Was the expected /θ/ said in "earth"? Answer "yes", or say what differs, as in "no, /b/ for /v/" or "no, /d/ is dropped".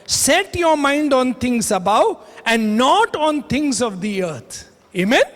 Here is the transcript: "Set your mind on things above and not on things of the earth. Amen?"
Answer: no, /t/ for /θ/